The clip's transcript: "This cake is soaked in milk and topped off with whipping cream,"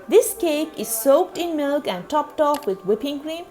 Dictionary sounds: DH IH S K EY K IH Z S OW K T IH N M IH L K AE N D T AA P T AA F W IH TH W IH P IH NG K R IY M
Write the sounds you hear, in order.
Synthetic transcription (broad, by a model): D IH S K EY K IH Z S OW K T IH N M IH L K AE N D T AA P T AA F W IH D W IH P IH NG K R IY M